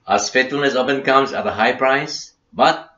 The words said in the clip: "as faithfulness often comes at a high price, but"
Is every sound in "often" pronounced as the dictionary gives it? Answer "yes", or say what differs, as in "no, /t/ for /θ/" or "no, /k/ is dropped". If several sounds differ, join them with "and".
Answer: no, /p/ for /f/